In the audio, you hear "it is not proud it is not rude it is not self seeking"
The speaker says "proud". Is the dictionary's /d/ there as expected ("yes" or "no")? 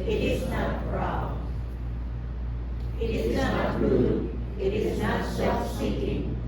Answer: no